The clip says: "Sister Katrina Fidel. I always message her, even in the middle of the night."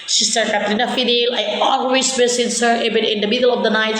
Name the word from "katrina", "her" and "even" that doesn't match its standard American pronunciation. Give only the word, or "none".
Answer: even